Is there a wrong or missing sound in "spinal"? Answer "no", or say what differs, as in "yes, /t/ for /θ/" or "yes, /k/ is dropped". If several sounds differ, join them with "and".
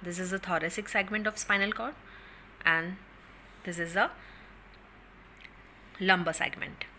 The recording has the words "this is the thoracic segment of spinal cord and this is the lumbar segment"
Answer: no